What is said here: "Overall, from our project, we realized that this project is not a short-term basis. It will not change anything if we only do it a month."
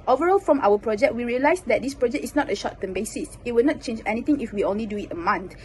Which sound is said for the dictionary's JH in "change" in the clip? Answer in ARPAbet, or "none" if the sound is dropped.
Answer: JH